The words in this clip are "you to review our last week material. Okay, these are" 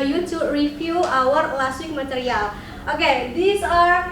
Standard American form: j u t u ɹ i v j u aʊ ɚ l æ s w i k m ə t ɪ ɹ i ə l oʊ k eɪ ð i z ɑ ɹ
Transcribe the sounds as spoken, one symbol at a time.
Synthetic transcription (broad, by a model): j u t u ɹ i f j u aʊ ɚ l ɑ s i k m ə t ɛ ɹ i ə l oʊ k eɪ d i s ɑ ɹ